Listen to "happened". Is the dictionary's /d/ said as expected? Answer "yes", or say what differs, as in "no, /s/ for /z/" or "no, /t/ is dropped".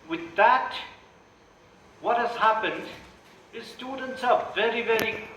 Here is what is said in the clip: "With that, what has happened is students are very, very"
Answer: yes